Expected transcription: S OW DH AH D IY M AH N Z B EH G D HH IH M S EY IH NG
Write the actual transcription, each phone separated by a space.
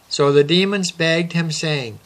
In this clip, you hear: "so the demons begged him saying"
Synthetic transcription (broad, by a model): S OW DH AH D IY M AH N Z B EH G D HH IH M S EY IH NG